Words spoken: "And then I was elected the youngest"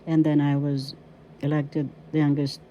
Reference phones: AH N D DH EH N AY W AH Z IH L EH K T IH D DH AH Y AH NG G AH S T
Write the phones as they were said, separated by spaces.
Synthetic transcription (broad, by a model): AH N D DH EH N AY W AH Z IH L EH K T IH D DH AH Y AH NG G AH S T